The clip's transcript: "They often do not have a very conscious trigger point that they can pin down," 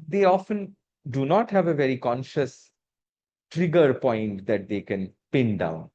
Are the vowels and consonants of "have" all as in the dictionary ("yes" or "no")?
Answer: yes